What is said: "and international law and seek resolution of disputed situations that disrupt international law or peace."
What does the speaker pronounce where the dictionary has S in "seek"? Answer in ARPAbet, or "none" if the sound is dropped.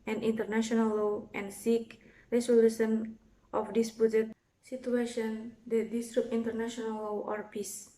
S